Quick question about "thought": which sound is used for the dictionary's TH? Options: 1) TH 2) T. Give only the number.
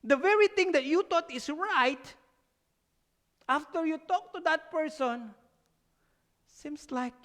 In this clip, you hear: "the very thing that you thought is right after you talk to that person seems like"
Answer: 2